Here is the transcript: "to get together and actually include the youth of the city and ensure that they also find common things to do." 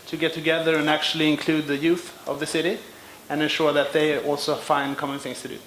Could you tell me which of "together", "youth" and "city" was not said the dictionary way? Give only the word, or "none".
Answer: none